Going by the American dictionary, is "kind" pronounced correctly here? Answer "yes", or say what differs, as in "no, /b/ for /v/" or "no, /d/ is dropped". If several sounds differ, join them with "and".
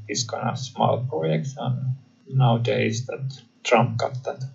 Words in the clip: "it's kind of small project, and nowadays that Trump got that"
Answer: no, /d/ is dropped